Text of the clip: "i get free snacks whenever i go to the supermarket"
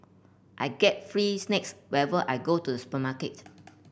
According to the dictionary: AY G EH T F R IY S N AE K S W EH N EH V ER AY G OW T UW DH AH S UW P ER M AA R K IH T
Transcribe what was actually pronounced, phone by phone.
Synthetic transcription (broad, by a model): AY G EH T F R IY S N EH K S W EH EH V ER AY G OW T UW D AH S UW P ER M AA K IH T